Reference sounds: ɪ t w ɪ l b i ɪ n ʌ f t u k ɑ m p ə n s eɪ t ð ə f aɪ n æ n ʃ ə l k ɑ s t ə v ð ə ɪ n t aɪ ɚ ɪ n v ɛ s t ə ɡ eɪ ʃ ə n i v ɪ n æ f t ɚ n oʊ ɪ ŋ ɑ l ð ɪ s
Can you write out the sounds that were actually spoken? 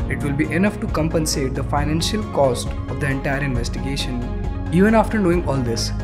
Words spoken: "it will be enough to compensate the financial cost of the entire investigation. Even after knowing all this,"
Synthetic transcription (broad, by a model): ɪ t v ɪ l b i ɪ n ʌ f t u k ɑ m p ə n s eɪ t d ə f aɪ n æ n ʃ ə l k ɑ s t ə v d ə ɪ n t aɪ ɚ ɪ n v ɛ s t ə ɡ eɪ ʃ ə n i v ɪ n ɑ f t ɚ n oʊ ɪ ŋ ɑ l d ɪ s